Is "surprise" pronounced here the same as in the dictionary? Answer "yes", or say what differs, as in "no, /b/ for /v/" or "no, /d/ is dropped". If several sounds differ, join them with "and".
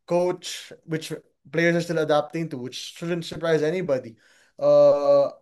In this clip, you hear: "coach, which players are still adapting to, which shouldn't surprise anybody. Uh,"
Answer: yes